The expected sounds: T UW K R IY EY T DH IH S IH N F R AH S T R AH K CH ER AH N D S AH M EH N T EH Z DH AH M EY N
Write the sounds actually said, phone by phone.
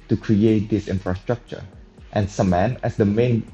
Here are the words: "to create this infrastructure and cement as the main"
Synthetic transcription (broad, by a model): T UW K R IY EY T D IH S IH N F R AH S T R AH K CH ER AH N S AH M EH N EH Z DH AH M EY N